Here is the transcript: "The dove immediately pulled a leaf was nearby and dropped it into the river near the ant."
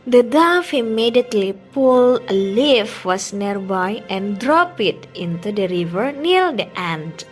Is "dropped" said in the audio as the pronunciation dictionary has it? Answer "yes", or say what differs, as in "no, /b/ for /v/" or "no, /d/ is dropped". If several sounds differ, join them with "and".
no, /t/ is dropped